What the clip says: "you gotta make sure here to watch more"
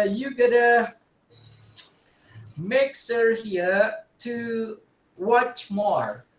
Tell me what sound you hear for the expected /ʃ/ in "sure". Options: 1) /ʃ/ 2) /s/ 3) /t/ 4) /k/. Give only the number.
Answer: 2